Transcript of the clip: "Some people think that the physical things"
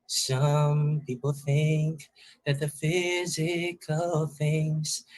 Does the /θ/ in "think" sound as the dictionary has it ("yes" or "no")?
yes